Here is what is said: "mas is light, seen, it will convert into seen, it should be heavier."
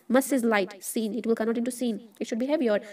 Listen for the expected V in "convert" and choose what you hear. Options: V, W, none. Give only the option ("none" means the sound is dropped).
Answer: none